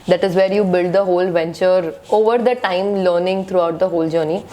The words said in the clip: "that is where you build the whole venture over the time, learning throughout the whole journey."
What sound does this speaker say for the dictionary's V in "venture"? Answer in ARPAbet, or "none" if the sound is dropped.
V